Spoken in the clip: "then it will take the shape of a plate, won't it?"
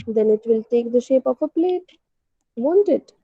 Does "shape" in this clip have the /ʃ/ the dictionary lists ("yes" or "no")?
yes